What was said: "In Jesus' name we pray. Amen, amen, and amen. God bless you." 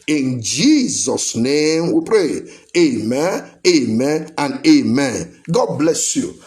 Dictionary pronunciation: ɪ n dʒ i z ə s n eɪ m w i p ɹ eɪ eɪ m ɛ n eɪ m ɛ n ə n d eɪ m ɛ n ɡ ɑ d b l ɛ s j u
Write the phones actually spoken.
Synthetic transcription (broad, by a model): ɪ n dʒ i z ə s n eɪ m w i p ɹ eɪ eɪ m ɛ n eɪ m ɛ n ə n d eɪ m ɛ n ɡ ɑ d b l ɛ s j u